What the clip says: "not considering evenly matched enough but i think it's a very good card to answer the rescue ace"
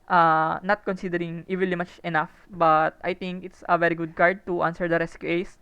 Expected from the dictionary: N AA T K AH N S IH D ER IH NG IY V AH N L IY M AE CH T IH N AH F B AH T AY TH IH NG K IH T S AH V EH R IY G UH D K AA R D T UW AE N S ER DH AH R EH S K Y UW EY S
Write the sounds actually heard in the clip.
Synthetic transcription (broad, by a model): N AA T K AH N S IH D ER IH NG IY V AH N L IY M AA CH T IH N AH F B AH T AY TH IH NG K IH T S AH V EH R IY G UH D K AA R D T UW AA N S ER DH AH R EH S K Y UW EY S